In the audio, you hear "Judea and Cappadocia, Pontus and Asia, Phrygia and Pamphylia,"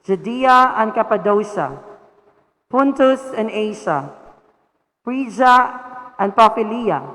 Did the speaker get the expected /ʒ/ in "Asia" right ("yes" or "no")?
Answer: no